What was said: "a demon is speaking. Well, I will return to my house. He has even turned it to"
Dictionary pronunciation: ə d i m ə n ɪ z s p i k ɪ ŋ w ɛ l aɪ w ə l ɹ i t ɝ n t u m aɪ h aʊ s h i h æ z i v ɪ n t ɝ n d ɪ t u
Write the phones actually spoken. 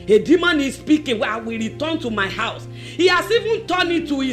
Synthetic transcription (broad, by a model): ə d i m ə n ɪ s p i k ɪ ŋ w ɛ aɪ w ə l ɹ i t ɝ n t u m aɪ h aʊ s h i h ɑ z i v ɪ n t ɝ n ɪ t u